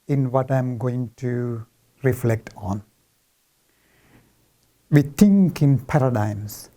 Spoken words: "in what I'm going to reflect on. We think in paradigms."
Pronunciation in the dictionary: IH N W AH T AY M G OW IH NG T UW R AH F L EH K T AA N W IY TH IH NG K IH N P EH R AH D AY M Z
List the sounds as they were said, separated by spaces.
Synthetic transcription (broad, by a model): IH N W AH T AY M G OW IH NG T UW R AH F L EH K T AA N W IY T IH NG K IH N P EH R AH D AY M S